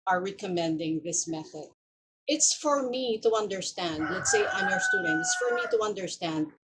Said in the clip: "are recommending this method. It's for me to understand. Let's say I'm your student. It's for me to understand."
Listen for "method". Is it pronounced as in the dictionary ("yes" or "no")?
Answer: yes